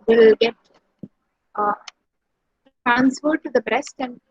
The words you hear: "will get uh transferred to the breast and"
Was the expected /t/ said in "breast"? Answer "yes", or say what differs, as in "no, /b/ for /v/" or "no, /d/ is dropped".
yes